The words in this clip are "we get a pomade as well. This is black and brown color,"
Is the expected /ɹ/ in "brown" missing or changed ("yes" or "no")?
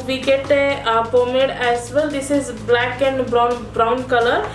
no